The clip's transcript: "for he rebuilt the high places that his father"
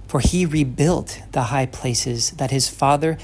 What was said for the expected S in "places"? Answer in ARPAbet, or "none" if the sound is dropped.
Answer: S